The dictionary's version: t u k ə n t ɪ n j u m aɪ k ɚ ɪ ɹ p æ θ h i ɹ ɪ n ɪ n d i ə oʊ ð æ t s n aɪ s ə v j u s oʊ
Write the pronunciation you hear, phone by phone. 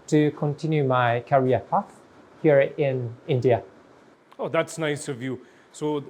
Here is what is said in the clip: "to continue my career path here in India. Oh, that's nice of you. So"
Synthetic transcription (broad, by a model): t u k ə n t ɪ n j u m aɪ k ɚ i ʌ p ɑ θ h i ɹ ɪ n ɪ n d i ə oʊ ð æ t s n aɪ s ə v j u s oʊ